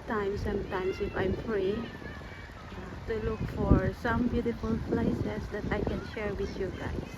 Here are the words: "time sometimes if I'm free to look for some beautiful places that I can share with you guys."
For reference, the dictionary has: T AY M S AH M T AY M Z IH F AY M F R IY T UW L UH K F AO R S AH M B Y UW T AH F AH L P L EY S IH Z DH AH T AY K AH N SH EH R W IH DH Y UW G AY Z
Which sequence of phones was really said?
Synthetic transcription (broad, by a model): T AY M S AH M T AY M S IH F AY M F R IY T UW L UH K F AO R S AH M B Y UW T AH F AH L P L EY S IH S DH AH T AY K AH N SH EH R W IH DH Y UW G AY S